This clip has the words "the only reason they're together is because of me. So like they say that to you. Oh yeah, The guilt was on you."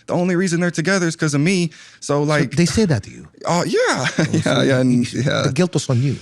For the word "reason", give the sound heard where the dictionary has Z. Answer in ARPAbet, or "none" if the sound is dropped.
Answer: Z